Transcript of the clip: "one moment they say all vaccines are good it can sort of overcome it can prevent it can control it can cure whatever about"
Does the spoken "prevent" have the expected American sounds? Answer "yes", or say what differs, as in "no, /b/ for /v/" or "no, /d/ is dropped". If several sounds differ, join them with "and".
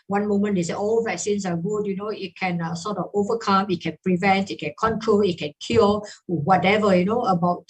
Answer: yes